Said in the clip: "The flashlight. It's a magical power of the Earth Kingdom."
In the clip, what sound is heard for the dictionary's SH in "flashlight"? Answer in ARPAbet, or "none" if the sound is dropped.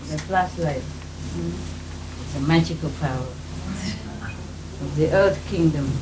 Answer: S